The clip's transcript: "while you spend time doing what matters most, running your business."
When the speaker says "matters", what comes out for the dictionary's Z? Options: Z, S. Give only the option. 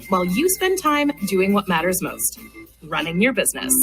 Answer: Z